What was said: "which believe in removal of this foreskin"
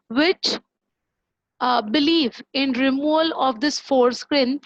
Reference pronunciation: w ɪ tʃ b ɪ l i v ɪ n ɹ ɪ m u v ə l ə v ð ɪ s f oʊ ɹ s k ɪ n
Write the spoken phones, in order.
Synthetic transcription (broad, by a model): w ɪ tʃ b ɪ l i v ɪ n ɹ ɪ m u ə l ə v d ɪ s f oʊ ɹ s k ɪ n